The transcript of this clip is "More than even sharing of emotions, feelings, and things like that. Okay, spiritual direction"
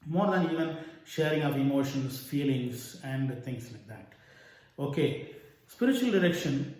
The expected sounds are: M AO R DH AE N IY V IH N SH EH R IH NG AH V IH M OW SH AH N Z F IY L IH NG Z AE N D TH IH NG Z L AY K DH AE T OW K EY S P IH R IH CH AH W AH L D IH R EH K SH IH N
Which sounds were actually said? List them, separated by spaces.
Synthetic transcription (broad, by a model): M AO R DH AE N IY V IH N SH EH R IH NG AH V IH M OW SH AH N S F IY L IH NG S AE N D T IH NG S L AY K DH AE T OW K EY S P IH R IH CH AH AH L D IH R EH K SH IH N